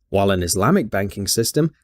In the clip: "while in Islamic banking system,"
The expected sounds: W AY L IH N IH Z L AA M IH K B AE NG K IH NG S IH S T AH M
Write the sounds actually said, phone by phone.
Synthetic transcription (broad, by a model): W AY L IH N IH Z L AA M IH K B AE NG K IH NG S IH S T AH M